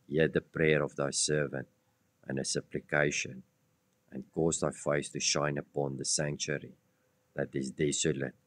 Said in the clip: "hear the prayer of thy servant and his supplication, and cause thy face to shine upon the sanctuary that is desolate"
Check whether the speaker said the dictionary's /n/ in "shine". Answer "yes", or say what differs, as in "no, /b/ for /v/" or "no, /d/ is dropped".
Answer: yes